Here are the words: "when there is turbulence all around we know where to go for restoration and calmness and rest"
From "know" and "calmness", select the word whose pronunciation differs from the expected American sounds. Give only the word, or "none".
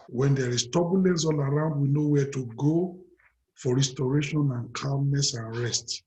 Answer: calmness